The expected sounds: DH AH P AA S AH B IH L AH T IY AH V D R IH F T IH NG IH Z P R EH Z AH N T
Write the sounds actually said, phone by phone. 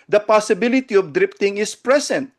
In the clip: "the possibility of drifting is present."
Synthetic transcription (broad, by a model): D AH P AA S AH B IH L AH T IY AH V D R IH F T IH NG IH S P R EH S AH N T